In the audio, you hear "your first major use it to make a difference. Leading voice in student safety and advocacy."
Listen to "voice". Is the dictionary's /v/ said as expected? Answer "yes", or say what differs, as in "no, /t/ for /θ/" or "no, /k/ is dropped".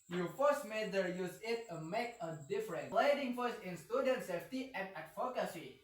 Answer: no, /f/ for /v/